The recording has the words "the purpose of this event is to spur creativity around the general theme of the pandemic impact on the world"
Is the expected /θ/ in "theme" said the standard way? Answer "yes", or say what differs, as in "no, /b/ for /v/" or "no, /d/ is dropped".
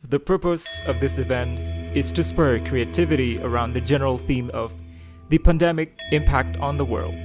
yes